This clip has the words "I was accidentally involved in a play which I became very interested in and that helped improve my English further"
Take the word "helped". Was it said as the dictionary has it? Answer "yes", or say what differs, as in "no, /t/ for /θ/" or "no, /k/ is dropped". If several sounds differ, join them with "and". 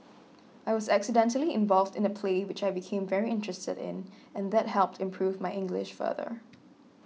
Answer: yes